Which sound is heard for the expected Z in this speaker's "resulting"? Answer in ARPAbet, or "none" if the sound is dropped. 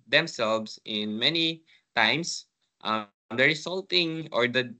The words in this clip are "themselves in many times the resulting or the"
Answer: S